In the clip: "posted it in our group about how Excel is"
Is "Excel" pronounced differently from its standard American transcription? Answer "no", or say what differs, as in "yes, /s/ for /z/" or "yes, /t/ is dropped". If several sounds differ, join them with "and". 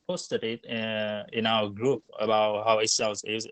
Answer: yes, /k/ is dropped